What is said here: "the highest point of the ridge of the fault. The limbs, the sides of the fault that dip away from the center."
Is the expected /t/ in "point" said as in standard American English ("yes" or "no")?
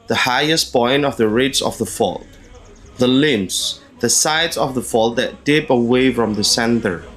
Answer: no